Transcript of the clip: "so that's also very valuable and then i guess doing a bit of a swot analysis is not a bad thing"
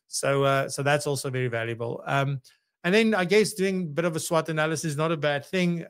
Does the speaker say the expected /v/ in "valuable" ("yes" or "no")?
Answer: yes